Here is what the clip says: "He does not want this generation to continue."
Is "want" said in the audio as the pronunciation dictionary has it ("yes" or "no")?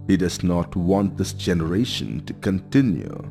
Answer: yes